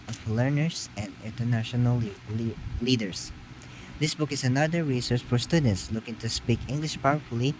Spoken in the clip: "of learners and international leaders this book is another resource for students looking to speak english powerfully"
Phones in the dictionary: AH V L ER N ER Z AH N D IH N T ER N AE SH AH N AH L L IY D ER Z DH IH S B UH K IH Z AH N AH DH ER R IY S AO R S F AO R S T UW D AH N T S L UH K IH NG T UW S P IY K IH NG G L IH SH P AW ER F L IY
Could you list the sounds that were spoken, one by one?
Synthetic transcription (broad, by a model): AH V L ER N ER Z AH N D IH N T ER N AE SH AH N AH L L IY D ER S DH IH S B UH K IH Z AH N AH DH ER R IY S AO R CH F AO R S T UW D N T S L UH K IH NG T UW S P IY K IH NG G L IH SH P AW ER F L IY